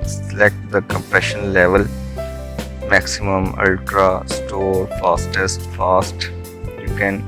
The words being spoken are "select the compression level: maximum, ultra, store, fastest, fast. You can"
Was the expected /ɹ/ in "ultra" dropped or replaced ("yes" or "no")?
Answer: no